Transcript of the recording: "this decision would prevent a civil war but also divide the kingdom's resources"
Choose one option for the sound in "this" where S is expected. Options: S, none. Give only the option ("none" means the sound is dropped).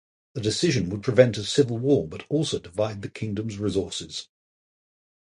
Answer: none